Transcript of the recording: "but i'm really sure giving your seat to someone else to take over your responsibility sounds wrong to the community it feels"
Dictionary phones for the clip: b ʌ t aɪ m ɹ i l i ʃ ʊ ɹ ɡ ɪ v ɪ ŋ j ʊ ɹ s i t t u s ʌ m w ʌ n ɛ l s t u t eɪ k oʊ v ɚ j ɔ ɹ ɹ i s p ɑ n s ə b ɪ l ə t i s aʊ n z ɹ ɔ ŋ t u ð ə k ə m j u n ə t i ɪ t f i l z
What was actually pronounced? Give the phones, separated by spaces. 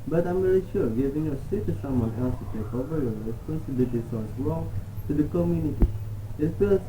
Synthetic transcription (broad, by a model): b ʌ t aɪ m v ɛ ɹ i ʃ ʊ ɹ ɡ ɪ v ɪ ŋ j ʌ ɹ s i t t u s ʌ m w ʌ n ɛ l s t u t eɪ k oʊ v ɚ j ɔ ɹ ɹ i s p ɑ n s ə b ɪ l ə t i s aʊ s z ɹ ɔ ŋ t u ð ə k ə m j u n ə t i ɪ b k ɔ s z